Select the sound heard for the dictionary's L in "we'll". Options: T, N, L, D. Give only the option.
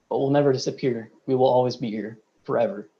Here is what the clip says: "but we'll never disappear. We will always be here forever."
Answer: L